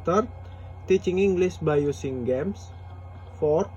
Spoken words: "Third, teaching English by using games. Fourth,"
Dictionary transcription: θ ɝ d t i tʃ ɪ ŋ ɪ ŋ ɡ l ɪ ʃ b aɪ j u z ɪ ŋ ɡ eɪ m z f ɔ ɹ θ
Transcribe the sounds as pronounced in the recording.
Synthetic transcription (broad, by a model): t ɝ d t i tʃ ɪ ŋ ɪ ŋ ɡ l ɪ s b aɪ j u s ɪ ŋ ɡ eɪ m s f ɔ ɹ